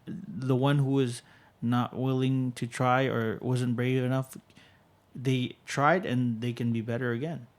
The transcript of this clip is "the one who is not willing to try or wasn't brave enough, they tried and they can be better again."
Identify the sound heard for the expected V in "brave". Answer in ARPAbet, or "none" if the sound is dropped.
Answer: V